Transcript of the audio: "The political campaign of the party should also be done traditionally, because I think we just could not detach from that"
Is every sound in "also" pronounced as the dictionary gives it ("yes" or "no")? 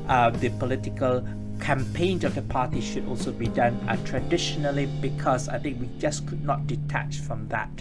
yes